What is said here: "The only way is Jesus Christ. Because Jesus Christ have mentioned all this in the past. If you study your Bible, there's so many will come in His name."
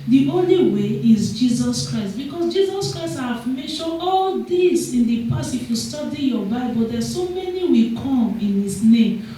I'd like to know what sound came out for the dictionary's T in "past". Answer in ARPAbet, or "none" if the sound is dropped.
none